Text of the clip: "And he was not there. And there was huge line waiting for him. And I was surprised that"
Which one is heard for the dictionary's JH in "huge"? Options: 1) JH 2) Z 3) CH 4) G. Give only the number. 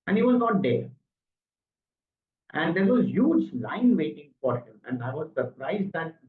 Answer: 1